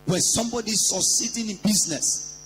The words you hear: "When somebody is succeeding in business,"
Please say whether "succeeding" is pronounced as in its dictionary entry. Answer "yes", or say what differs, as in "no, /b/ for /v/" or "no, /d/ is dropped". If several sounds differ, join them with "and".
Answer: no, /k/ is dropped